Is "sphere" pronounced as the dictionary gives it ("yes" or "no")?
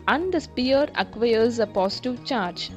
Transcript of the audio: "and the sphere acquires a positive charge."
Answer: no